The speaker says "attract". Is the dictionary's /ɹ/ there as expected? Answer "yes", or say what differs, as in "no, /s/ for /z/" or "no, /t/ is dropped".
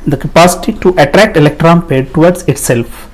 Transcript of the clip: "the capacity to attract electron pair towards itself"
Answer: yes